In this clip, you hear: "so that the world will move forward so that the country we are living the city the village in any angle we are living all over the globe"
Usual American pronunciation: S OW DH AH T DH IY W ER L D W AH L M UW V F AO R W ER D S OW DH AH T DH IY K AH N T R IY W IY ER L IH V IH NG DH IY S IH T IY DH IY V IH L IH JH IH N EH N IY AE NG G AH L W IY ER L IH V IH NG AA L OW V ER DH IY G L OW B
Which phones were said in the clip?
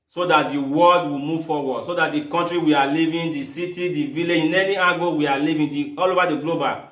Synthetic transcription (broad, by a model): S OW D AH T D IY W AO L D W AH M UW V F AO W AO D S OW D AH T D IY K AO N T R IY W IY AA L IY V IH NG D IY S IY T IY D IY V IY L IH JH IH N EH N IY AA G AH W IY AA L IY V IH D AA L OW V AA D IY G L OW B